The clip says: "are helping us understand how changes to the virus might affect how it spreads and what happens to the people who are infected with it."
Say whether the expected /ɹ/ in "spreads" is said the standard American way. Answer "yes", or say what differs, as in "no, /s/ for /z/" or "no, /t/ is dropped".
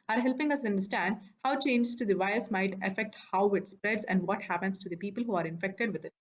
yes